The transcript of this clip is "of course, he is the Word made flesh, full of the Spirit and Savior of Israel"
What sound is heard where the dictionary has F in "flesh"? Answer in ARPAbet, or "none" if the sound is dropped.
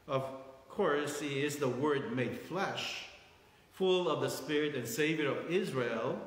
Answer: F